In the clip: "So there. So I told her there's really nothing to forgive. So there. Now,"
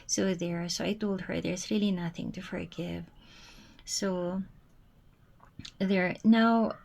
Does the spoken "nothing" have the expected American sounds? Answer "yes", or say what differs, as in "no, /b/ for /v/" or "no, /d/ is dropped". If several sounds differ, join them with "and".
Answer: yes